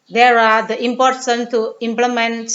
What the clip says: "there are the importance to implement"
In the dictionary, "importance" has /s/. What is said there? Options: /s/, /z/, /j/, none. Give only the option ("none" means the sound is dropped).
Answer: none